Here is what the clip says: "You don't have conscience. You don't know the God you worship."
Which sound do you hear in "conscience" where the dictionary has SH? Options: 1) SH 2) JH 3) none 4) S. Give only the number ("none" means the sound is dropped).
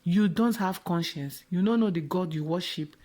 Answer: 1